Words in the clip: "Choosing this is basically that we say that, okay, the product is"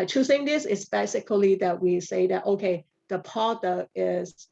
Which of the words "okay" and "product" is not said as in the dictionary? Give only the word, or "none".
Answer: product